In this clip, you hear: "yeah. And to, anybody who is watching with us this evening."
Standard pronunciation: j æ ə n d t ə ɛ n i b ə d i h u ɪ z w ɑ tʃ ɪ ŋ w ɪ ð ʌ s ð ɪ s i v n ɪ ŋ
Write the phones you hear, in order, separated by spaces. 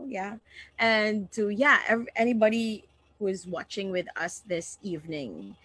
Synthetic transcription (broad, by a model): j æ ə n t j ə ɛ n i b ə d i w ɪ z w ɑ tʃ ɪ ŋ w ɪ ð ʌ s ð ɪ s i v n ɪ ŋ